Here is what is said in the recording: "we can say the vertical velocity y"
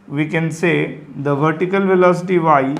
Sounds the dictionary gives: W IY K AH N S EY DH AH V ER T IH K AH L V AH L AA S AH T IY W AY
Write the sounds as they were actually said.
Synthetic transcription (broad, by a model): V IY K AH N S EY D AH V ER T IH K AH L V AH L AA S AH T IY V AY